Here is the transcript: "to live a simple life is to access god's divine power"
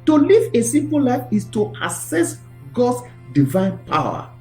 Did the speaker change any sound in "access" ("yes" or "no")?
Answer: yes